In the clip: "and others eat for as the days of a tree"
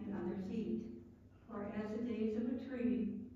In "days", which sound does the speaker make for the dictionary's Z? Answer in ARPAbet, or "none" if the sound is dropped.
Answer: Z